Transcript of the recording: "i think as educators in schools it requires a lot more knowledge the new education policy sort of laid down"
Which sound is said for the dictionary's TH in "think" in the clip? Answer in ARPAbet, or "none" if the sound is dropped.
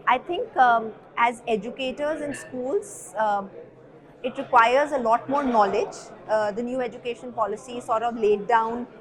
T